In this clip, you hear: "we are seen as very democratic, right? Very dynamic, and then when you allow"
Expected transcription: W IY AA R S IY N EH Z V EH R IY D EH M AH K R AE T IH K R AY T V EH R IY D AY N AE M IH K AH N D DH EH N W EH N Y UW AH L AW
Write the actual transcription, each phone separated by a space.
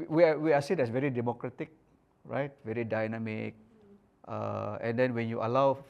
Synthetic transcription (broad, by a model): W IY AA W S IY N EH S V EH R IY D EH M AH K R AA T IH K R AY T V EH R IY D AY N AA M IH K AH N D EH N W EH N Y UW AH L AW